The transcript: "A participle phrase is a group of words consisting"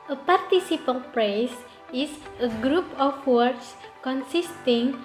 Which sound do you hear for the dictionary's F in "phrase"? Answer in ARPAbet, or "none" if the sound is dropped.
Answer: P